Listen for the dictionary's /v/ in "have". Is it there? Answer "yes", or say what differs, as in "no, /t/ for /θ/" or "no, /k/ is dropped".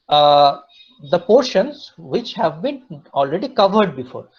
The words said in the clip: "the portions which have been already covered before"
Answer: yes